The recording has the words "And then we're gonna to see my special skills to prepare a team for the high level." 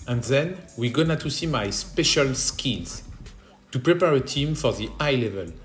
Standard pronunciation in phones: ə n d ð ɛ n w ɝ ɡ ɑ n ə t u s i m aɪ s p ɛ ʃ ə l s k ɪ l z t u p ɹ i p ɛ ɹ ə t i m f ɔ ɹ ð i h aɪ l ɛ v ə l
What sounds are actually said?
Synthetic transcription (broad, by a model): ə n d ð ɛ n w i ɡ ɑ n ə t u s i m aɪ s p ɛ ʃ ə l s k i n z t u p ɹ i p ɛ ɹ ə t i m f ɔ ɹ ð i aɪ l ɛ v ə l